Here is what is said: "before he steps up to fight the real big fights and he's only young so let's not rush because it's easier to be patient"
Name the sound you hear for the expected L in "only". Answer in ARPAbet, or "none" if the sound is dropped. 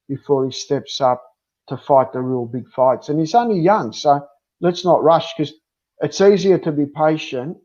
L